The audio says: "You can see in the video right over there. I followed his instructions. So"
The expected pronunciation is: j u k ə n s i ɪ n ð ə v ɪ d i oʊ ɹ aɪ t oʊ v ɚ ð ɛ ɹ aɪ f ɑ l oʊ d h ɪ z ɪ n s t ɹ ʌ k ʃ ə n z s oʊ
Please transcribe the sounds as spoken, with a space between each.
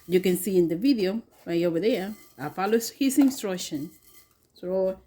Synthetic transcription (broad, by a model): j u k ə n s i ɪ n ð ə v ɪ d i oʊ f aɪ oʊ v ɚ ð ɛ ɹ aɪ f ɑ l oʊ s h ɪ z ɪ n s t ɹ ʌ k ʃ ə n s oʊ